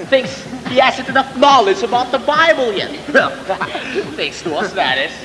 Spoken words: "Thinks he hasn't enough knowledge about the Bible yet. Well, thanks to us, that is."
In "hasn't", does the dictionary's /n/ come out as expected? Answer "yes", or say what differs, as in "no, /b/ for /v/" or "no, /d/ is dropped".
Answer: no, /n/ is dropped